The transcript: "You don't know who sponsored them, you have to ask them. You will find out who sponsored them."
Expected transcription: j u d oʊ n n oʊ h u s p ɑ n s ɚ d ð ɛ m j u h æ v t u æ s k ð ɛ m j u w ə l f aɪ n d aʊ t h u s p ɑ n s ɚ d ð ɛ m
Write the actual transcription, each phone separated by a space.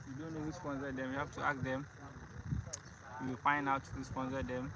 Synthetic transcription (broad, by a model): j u d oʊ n n oʊ h u s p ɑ n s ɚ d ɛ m j u h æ f t u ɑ k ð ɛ m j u w ə l f aɪ n d aʊ t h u s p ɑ n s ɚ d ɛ m